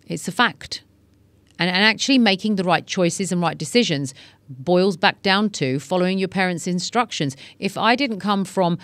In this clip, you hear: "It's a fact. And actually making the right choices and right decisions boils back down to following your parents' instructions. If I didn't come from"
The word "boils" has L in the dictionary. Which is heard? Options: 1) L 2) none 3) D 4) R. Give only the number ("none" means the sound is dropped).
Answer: 1